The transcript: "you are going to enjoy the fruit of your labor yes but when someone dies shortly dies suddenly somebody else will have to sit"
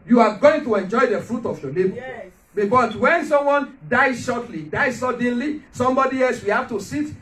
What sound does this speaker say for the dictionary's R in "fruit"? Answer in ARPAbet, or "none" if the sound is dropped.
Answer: R